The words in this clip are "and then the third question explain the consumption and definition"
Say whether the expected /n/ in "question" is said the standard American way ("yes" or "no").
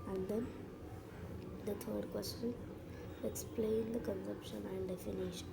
no